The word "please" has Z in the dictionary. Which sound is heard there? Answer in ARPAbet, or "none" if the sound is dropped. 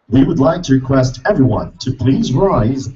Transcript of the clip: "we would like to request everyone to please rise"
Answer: Z